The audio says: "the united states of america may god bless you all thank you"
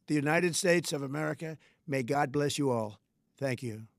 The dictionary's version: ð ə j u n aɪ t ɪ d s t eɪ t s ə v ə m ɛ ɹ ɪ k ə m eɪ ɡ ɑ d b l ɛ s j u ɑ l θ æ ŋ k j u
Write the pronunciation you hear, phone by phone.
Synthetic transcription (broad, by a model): ð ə j u n aɪ t ɪ d s t eɪ t s ə v ə m ɛ ɹ ɪ k ə m eɪ ɡ ɑ d b l ɛ s j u ɑ l θ æ ŋ k j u